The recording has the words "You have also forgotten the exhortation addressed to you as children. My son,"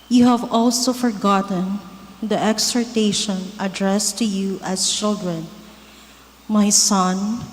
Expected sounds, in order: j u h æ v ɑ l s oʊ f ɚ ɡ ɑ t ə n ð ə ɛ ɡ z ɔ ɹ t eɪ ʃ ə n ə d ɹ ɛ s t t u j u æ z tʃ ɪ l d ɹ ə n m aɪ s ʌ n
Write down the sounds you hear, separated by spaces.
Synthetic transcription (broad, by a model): j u h æ v ɑ l s oʊ f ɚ ɡ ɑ t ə n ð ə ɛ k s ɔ ɹ t eɪ ʃ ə n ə d ɹ ɛ s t t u j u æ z tʃ ɪ l d ɹ ə n m aɪ s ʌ n